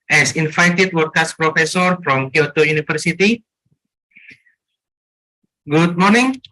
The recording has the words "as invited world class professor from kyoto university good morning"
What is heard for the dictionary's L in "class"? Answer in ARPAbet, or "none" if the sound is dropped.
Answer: none